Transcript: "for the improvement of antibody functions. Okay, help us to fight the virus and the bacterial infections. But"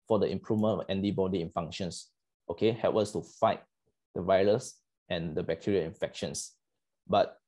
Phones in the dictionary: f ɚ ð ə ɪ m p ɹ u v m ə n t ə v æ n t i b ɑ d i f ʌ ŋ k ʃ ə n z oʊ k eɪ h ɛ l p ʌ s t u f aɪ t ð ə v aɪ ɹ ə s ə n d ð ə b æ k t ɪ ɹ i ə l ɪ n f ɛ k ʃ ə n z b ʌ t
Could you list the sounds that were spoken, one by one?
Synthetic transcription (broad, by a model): f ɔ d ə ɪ m p ɹ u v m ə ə n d i b ɑ d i f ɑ ŋ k ʃ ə n s oʊ k eɪ h ɛ l p ʌ s t u f aɪ t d ə v aɪ ɹ ə s ə n d ə b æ k t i ɹ i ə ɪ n f ɛ k ʃ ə n s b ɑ t